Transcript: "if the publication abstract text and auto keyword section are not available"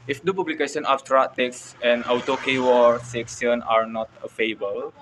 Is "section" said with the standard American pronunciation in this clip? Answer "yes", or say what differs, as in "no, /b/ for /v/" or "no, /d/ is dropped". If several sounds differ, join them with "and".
no, /s/ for /ʃ/